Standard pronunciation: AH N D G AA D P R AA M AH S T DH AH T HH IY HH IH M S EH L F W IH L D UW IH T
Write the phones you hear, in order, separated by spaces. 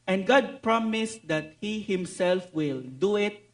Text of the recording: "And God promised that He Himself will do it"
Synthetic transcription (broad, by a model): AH N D G AA D P R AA M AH S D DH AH T HH IY HH IH M S EH L F W IH L D UW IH T